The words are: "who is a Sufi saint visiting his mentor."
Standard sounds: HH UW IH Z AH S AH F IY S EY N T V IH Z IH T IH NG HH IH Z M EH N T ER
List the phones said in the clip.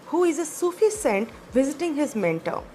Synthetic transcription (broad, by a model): HH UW IH Z AH S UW F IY S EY N T V IH Z IH T IH NG HH IH Z M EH N T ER